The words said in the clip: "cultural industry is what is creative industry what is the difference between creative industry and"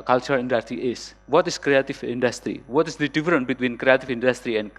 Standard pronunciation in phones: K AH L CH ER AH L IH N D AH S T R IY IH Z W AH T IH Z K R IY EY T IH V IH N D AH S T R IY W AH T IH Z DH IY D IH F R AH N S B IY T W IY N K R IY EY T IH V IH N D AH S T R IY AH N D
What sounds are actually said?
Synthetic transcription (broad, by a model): K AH L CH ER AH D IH N D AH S T R IY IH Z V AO T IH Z K R IY EY T IH V IH N D AH S T R IY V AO T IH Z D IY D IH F R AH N B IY T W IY N K R IY EY T IH V IH N D AH S T R IY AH N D